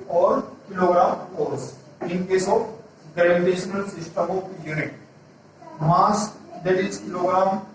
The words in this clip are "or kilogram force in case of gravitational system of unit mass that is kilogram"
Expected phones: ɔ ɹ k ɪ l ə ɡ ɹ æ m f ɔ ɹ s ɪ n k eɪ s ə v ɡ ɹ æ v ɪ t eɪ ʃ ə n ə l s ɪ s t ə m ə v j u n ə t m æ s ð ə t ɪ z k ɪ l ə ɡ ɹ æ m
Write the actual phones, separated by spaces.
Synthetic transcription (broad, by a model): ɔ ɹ k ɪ l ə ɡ ɹ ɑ m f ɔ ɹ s ɪ n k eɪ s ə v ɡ ɛ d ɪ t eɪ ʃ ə n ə l s ɪ s t ə m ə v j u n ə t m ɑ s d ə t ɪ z k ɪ l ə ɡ ɹ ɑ m